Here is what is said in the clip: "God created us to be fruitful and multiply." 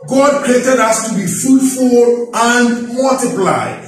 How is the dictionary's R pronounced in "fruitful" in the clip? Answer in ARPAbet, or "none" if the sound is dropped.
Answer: none